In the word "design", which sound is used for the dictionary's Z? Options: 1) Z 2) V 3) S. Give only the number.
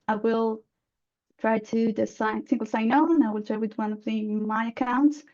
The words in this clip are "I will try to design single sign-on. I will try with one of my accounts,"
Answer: 3